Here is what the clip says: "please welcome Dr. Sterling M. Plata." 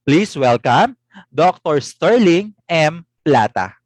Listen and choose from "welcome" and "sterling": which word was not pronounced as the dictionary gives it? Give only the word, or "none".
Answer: none